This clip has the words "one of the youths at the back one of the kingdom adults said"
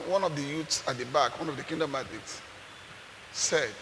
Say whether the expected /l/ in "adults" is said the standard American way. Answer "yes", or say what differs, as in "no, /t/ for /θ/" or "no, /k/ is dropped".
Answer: no, /l/ is dropped